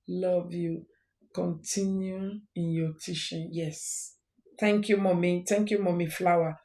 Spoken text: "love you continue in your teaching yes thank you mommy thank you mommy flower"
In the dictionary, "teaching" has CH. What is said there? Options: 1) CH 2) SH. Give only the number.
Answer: 2